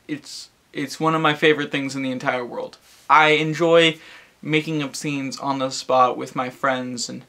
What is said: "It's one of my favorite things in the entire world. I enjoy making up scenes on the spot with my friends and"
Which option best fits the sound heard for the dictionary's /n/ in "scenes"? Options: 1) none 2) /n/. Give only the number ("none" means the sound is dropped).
2